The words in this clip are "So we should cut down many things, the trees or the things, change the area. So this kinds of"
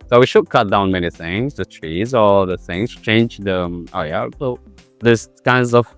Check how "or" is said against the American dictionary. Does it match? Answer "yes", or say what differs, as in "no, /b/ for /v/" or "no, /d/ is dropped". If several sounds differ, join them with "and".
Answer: no, /l/ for /ɹ/